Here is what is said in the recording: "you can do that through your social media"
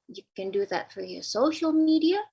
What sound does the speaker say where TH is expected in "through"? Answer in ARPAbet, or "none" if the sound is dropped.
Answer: F